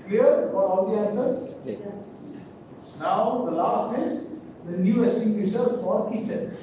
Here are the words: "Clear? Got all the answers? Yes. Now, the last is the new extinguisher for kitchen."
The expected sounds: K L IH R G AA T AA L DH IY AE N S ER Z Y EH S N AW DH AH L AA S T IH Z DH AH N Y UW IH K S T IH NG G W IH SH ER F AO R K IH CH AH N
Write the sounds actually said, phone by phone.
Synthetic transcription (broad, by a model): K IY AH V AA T AA L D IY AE N S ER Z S N AW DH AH L AA S T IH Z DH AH N Y UW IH S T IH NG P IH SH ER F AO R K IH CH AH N